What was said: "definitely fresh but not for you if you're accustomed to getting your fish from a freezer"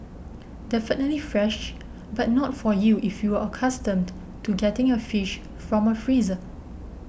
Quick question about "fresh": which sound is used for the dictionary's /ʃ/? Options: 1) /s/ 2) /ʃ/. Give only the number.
2